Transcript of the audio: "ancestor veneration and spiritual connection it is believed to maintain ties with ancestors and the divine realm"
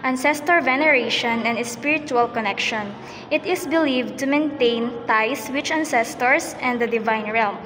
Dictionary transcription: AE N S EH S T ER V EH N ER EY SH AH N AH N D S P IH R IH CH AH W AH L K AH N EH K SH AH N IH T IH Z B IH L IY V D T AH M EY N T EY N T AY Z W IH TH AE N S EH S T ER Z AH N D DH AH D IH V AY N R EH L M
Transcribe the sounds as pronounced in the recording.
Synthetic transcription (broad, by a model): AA N S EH S T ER V EH N ER EY SH AH N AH N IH S P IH R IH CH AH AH L K AH N EH K SH AH N IH T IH S B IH L IY V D T AH M EY N T EY N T AY S W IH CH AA N S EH S T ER S AH N D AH D IH V AY N R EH L M